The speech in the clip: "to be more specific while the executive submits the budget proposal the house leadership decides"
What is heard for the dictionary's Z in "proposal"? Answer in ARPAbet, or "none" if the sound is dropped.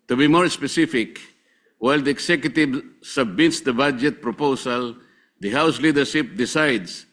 S